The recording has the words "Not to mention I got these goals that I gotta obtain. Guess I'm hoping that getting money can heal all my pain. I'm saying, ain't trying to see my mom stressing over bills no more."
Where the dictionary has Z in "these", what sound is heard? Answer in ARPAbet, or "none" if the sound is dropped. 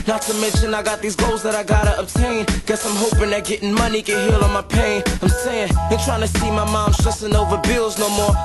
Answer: Z